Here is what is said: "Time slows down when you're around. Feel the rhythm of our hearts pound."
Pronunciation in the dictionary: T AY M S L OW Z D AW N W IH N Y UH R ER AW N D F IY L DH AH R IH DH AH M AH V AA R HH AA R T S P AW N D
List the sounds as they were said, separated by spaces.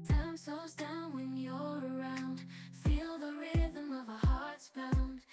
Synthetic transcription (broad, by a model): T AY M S OW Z D AW N W IH N Y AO ER AW N D F IY L DH AH R IH DH AH M AH V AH HH AA R T S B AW N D